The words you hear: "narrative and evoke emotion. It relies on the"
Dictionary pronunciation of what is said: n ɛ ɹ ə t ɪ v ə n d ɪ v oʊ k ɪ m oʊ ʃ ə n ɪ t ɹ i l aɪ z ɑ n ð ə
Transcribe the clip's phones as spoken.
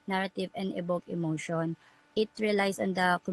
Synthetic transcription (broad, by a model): n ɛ ɹ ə t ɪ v ə n d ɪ b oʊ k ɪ m oʊ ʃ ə n ɪ t ɹ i l aɪ s ɑ n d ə